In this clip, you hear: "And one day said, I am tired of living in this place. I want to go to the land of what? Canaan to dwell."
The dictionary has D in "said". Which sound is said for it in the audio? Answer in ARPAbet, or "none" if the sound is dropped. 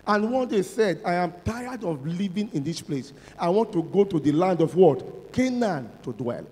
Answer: D